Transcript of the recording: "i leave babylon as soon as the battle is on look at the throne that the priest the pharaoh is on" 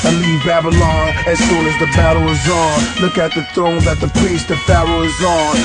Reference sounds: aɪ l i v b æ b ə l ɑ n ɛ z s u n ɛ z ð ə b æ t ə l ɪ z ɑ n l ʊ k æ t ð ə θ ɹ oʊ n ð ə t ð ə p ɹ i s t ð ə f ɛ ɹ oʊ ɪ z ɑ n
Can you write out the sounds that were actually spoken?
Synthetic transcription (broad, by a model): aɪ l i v b æ b ə l ɑ n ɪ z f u l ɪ z ð ə b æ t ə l ɪ z ɑ n l ʊ k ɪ t ð ə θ ɹ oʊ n ð ə t ð ə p i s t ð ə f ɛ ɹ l ɪ z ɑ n